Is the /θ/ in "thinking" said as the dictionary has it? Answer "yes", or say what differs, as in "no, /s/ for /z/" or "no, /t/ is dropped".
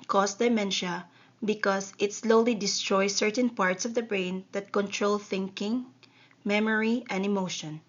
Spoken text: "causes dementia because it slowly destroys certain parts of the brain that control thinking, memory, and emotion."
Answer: yes